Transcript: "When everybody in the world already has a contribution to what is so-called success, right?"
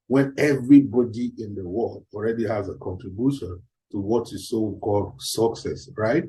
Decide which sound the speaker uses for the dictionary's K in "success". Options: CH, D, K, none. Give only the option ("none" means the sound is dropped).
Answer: K